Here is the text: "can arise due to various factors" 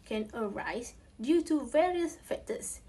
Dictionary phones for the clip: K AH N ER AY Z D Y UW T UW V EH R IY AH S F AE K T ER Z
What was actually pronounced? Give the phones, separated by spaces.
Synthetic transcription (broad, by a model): K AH N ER AY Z D Y UW T UW V EH R IY AH S F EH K T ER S